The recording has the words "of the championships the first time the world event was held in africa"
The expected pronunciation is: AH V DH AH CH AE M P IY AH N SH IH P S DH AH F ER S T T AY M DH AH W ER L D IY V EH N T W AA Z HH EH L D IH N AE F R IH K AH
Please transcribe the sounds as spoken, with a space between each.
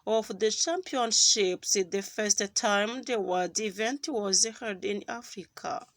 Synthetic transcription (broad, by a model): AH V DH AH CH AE M P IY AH N SH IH P S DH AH F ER S T T AY M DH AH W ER D IY V EH N T W AA Z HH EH D IH N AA F R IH K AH